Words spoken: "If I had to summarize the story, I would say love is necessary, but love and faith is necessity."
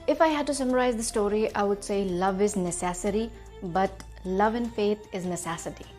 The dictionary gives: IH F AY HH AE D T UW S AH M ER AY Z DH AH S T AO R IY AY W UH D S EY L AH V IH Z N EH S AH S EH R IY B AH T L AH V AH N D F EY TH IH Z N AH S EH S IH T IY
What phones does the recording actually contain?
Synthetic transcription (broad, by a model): IH F AY HH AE D T UW S AH M ER AY Z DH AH S T AO R IY AY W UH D S EY L AH V IH Z N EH S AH S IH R IY B AH T L AH V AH N F EY T IH Z N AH S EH S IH T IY